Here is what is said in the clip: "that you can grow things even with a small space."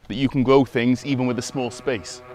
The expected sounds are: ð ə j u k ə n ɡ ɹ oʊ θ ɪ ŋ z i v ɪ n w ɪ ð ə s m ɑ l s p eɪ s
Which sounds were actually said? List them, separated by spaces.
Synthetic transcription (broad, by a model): ð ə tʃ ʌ k ə n ɡ ɹ oʊ θ ɪ ŋ z i v ɪ n w ɪ ð ə s m ɑ l s p eɪ s